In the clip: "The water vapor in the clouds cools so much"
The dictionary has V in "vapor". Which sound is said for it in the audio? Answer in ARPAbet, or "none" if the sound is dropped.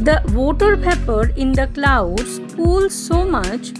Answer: P